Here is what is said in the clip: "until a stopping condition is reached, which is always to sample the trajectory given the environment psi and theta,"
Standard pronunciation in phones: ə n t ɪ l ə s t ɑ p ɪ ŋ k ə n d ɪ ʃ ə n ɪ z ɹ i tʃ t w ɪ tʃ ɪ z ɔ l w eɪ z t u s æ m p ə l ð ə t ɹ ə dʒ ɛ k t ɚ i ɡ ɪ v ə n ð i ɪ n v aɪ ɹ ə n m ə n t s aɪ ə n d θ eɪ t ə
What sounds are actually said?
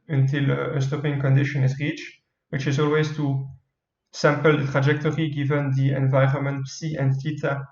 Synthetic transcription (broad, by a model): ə n t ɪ l ə s t ɑ p ɪ ŋ k ə n d ɪ ʃ ə n ɪ z ɹ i tʃ w ɪ tʃ ɪ z ɔ l w eɪ z t u s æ m p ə l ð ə t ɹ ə dʒ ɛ k t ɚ i ɡ ɪ v ə n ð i ɪ n v aɪ ɹ ə n m ə n t s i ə n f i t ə